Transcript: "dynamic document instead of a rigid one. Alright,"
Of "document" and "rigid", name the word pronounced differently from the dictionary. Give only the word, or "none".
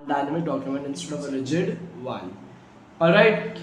rigid